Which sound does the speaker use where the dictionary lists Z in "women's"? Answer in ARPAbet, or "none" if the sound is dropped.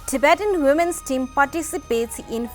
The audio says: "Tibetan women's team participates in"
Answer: S